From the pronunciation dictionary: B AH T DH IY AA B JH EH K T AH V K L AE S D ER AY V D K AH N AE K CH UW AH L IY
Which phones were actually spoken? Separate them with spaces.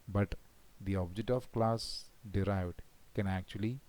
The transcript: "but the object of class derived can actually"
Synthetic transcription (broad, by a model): B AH T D IY AA B JH EH K T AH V K L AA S D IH AY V D K AH N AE K CH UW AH L IY